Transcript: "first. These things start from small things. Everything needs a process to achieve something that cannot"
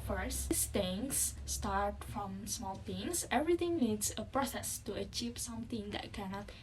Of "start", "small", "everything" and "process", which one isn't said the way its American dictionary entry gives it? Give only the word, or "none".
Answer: everything